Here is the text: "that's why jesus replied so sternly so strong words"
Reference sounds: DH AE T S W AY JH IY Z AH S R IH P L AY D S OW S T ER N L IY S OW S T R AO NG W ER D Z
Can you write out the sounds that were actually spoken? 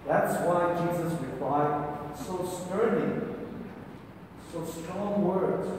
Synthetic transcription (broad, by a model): DH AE T S W AY JH IY Z AH S R IH P L AY D S OW S T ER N IY S OW S T R AO NG W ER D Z